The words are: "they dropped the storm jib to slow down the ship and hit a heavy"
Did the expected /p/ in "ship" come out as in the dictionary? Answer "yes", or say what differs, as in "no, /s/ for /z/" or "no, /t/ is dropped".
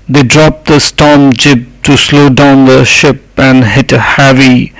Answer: yes